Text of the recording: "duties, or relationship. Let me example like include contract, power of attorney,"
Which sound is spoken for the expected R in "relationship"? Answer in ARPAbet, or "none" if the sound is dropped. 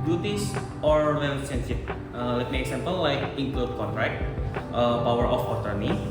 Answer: W